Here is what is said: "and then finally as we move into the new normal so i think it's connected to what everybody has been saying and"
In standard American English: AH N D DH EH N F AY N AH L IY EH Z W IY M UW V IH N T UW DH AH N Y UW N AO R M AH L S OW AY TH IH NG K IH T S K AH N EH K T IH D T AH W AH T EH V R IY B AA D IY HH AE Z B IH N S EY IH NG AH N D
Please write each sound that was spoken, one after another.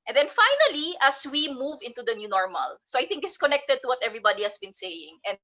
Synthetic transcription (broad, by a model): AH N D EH N F AY N AH L IY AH S W IY M UW V IH N T UW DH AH N Y UW N AO R M AH L S OW AY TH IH NG K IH S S K AH N EH K T IH D T AH W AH T EH V R IY B AA D IY HH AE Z B IH N S EY IH NG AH N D